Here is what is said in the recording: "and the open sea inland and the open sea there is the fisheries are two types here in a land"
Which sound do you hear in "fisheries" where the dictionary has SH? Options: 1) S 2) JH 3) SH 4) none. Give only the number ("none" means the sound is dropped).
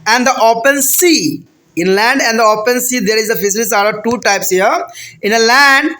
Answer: 1